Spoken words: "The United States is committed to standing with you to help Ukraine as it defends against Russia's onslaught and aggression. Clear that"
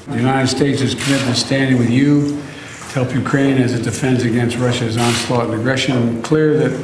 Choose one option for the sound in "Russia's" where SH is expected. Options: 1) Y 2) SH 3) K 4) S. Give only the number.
2